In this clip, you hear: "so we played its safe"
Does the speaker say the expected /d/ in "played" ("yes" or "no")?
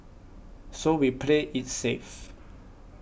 no